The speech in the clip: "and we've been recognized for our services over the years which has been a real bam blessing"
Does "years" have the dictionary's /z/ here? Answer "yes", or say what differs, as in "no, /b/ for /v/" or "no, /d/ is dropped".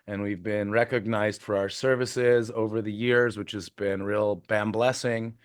yes